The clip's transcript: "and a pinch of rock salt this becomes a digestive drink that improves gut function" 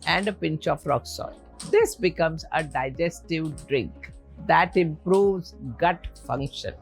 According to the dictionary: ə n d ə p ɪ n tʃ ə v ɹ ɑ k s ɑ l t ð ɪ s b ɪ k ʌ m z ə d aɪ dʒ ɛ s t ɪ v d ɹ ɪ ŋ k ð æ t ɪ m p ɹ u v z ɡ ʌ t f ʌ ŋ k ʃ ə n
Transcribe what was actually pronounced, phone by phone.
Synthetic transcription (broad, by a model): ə n d ə p ɪ n tʃ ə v ɹ ɑ k s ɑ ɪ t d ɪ s b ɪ k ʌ m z ə d aɪ dʒ ɛ s t ɪ v d ɹ ɪ ŋ k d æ t ɪ m p ɹ u v z ɡ ʌ t f ʌ ŋ k ʃ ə n